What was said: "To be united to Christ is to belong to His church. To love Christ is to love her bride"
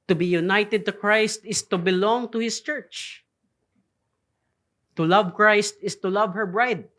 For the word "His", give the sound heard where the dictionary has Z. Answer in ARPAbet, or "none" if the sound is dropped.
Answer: S